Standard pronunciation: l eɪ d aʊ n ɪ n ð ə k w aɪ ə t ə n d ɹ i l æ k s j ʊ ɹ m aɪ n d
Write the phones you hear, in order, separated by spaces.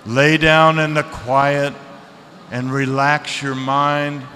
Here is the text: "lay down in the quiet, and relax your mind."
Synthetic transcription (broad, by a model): l eɪ d aʊ n ɪ n ð ə k w aɪ ə t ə n ɹ i l æ k s j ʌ ɹ m aɪ n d